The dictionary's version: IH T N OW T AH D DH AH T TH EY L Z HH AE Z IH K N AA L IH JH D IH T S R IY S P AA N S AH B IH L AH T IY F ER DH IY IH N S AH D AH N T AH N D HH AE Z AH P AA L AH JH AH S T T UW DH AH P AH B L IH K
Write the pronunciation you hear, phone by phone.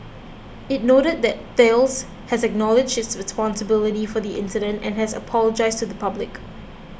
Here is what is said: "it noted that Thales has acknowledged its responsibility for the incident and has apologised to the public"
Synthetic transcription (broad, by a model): IH T N OW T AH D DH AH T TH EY L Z HH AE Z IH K N AA L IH JH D IH T S R IY S P AA N S AH B IH L AH T IY F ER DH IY IH N S AH D AH N T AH N HH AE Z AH P AA L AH JH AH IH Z T UW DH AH P AH B L IH K